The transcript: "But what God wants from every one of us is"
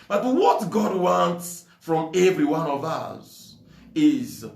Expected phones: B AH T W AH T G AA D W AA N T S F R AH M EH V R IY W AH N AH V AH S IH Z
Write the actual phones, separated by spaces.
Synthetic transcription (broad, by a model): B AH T W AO T G AA D W AA N T S F R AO M EH V R IY W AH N AH V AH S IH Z